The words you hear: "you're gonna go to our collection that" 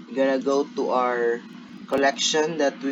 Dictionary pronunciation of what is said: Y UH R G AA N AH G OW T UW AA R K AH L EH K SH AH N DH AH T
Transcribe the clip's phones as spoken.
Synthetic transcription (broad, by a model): G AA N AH G OW T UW AA R K AH L EH K SH AH N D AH T